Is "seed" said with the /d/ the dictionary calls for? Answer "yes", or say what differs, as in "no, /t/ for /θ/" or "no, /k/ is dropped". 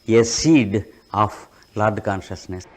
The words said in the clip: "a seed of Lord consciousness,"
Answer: yes